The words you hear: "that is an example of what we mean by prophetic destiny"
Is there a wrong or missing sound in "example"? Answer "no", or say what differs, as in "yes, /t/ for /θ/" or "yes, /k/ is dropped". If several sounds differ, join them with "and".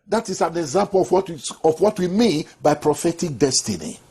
yes, /w/ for /l/